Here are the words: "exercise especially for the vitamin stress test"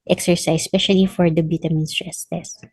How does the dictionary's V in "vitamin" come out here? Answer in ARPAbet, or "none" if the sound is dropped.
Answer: B